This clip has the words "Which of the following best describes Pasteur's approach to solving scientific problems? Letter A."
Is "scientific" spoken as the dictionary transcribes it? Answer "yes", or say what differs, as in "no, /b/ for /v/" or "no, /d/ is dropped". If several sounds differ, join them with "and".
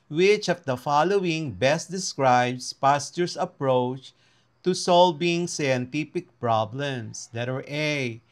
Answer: no, /p/ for /f/